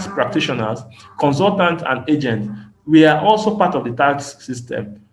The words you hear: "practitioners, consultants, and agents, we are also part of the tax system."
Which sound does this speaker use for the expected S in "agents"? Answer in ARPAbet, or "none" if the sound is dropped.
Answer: none